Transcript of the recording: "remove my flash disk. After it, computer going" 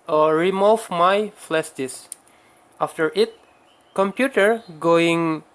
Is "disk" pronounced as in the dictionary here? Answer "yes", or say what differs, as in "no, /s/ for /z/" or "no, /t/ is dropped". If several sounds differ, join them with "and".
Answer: no, /k/ is dropped